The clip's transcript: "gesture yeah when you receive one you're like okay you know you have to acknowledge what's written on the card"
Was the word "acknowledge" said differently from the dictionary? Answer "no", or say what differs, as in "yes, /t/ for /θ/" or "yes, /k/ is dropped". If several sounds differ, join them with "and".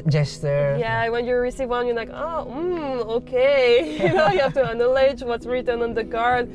yes, /k/ is dropped